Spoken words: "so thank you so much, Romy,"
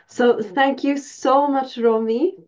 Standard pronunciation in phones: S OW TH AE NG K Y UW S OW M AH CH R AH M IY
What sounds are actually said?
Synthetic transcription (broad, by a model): S OW TH AE NG K Y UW S OW M AH CH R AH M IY